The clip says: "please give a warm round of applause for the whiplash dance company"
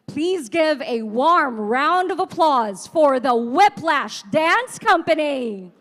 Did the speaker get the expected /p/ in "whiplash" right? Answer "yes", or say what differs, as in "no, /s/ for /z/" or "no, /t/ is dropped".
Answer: yes